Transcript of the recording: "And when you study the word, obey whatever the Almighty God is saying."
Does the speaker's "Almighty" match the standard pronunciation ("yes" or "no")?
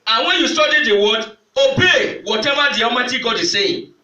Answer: no